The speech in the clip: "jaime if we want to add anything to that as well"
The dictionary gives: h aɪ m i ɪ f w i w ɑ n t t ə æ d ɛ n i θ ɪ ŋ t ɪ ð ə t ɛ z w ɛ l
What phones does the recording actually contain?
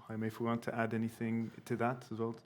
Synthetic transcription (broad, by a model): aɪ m ɪ f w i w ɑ n t t ə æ d ɛ n i θ ɪ ŋ t ɪ ð ə t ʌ z w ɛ l